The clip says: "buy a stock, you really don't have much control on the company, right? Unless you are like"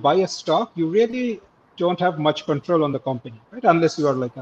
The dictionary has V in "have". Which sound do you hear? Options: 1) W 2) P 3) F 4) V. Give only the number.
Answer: 4